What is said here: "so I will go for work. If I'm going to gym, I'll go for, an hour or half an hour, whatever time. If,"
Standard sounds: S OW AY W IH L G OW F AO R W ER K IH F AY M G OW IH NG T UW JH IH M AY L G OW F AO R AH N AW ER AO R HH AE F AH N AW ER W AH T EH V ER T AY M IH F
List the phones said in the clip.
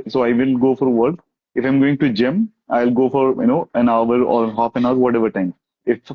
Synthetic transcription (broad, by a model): S OW AY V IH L G OW F AO R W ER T IH F AY M G OW IH NG T UW JH IH M AY L G OW F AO R AH N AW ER AO R HH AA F AH N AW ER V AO T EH V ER T AY M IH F